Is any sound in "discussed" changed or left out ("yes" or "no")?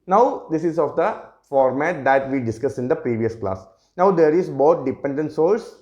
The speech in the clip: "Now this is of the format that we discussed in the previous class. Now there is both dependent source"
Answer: yes